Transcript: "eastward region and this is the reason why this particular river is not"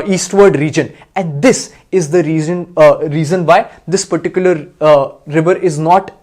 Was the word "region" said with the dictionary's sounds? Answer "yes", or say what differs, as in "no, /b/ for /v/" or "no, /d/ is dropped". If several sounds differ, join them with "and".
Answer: yes